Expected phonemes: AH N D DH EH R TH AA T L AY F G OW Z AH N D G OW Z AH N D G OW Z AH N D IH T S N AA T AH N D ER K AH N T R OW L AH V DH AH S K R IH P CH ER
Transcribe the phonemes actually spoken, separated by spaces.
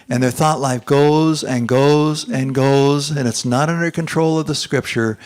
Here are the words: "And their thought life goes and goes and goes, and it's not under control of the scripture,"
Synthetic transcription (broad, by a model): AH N DH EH R TH AA T L AY F G OW Z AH N G OW Z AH N G OW Z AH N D IH T S N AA T AH N D ER K AH N T R OW L AH V DH AH S K R IH P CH ER